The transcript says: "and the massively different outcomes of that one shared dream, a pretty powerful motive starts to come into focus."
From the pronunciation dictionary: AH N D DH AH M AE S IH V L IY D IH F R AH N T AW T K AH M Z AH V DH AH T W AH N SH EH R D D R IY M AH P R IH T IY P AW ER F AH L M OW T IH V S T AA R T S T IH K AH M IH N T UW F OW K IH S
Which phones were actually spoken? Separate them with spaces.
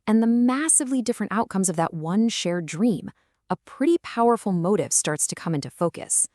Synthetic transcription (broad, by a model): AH N DH AH M AE S IH V L IY D IH F R AH N T AW T K AH M Z AH V DH AH T W AH N SH EH R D D R IY M AH P R IH T IY P AW ER F L M OW T IH V S T AA R T S T IH K AH M IH N T UW F OW K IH S